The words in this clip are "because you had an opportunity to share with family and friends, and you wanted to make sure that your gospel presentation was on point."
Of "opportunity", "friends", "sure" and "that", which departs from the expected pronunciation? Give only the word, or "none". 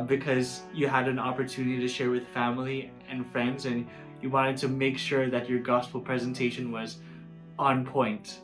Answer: none